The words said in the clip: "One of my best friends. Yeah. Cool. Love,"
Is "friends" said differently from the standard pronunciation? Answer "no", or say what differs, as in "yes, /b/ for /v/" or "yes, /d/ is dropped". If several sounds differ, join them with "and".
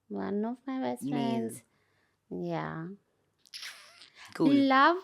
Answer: no